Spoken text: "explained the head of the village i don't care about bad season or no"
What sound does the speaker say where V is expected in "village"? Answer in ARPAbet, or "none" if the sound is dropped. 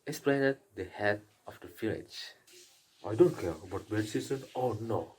F